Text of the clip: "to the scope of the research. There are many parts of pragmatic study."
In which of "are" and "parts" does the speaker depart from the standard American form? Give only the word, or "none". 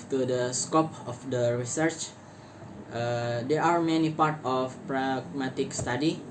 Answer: parts